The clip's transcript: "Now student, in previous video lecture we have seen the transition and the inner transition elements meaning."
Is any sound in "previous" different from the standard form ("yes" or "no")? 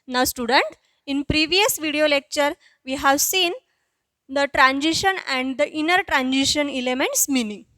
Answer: no